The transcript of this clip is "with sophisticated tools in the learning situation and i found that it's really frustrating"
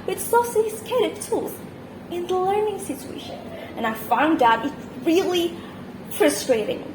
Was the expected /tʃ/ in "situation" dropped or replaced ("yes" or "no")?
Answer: no